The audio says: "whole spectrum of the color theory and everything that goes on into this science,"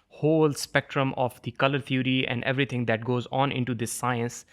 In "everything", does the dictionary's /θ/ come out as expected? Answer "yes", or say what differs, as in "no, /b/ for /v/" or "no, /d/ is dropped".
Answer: no, /t/ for /θ/